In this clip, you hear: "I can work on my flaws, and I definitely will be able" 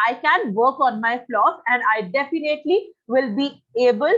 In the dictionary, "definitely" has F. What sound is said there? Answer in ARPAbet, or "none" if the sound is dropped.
F